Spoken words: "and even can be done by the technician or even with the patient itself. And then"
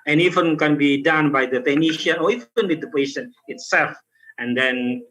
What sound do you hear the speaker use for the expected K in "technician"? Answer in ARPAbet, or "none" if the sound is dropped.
none